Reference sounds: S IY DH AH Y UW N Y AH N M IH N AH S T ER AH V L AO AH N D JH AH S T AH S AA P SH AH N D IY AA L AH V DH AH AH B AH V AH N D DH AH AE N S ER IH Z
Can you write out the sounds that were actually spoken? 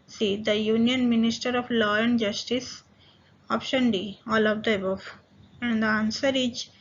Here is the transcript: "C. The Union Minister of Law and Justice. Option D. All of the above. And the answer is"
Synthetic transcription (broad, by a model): S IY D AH Y UW N Y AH N M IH N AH S T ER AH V L AO AH N D JH AH S T AH S AA P SH AH N D IY AA L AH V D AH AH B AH F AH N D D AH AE N S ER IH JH